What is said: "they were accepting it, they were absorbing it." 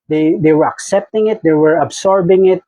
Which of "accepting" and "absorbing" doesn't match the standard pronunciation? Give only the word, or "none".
absorbing